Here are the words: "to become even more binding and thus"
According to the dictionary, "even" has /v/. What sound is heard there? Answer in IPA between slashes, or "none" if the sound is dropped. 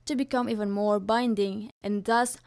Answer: /v/